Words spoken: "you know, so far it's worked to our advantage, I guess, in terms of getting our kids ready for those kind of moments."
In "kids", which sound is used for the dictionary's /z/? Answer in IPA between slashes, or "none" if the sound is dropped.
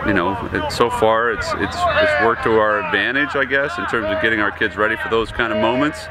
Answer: /z/